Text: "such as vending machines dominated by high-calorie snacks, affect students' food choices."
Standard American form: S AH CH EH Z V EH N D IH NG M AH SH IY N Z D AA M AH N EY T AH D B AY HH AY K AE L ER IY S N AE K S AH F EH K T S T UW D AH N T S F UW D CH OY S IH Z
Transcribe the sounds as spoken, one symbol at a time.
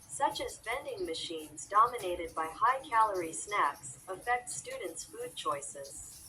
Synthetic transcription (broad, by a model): S AH CH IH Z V EH N D IH NG M AH SH IY N Z D AA M AH N EY T AH D B AY HH AY K AE L ER IY S N AE K S AH F EH K T S T UW D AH N T S F UW D CH OY S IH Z